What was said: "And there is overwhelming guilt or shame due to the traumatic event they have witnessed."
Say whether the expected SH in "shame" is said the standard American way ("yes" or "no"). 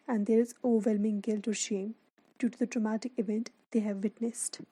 yes